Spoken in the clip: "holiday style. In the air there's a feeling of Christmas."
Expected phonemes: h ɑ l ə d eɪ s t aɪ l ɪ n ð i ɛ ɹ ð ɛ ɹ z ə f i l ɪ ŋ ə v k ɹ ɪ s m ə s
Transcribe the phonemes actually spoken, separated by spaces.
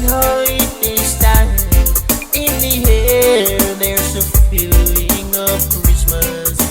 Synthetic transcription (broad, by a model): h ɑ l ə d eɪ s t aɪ n ɪ n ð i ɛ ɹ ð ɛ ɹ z ə f i l ɪ ŋ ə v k ɹ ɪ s m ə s